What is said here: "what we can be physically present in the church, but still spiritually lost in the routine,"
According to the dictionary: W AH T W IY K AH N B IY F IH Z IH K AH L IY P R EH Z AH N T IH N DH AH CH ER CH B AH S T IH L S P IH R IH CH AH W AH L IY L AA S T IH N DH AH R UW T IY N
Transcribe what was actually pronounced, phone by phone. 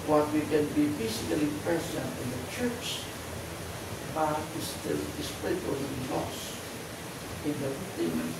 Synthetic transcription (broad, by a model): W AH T W IY K AH N B IY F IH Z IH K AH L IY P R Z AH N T IH N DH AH CH ER CH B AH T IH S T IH L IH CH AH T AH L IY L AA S IH N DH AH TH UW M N